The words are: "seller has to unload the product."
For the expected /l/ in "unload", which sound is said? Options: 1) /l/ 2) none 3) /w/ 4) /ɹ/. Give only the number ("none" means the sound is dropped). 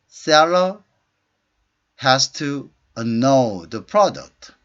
2